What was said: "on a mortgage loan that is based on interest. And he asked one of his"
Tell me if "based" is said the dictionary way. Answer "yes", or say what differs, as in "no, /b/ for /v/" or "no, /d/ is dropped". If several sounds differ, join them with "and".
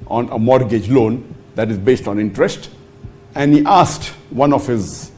yes